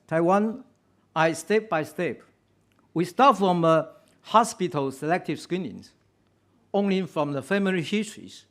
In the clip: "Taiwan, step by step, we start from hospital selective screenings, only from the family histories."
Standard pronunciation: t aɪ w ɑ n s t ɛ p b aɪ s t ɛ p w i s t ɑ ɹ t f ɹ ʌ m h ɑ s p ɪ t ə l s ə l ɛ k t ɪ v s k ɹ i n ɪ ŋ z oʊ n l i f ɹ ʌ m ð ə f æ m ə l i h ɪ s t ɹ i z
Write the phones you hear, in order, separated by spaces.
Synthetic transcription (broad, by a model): t aɪ w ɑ n s t ɛ p b aɪ s t ɛ p w i s t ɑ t f ɹ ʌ m h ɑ s p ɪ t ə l s ə l ɛ k t ɪ v s k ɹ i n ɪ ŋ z oʊ n l i f ɹ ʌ m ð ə f æ m ə l i h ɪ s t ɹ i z